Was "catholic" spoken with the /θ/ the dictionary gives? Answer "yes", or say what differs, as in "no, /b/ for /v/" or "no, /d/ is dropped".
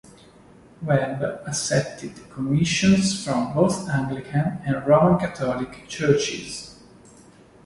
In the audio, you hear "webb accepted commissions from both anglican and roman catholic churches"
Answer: no, /t/ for /θ/